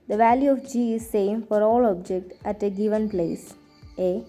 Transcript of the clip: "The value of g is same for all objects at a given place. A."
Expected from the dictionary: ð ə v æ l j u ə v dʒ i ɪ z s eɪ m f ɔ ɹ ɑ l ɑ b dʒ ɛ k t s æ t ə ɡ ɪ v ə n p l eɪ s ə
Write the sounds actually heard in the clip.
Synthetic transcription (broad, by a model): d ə v æ l j u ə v dʒ i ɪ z s eɪ m f ɔ ɹ ɑ l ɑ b dʒ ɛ k t æ t ə ɡ ɪ v ə n p l eɪ s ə